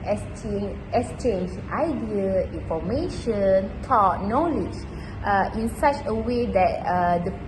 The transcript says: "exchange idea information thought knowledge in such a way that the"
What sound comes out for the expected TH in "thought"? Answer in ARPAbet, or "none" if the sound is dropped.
T